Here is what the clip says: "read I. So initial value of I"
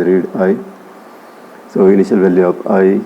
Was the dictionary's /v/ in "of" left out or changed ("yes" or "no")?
yes